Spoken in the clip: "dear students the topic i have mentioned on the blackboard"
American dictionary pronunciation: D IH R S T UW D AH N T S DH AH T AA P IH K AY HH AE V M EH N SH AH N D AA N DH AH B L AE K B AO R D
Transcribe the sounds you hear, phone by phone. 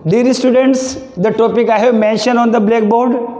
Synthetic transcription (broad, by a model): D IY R S T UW D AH N T S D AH T AA P IH K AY HH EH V M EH N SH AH N AA N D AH B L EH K B AO R D